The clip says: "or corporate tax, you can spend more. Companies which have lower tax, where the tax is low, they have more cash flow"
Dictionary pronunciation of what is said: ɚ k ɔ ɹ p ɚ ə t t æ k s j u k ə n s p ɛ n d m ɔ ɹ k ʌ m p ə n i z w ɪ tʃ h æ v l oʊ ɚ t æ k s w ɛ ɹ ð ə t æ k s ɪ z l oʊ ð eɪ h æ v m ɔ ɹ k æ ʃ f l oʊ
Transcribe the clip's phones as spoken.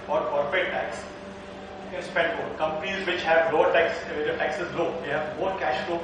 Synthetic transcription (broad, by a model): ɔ ɹ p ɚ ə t t æ k s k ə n s p ɛ n d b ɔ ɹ k ʌ m p ə n i z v ɪ tʃ h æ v l oʊ ɚ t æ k s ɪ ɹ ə t æ k s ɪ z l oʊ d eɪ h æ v m ɔ ɹ k æ ʃ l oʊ